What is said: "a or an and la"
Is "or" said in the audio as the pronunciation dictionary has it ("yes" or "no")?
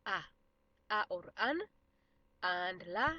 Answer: yes